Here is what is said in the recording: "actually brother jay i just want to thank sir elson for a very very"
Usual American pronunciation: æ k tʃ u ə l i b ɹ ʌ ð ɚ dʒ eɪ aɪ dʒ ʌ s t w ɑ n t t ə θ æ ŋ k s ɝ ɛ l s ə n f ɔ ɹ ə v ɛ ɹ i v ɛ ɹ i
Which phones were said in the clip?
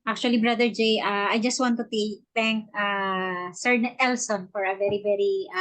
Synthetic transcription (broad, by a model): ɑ k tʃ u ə l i b ɹ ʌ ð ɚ dʒ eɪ aɪ dʒ ʌ s t w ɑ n t t ə t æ ŋ k s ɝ ɛ l s ə n f ɔ ɹ ə v ɛ ɹ i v ɛ ɹ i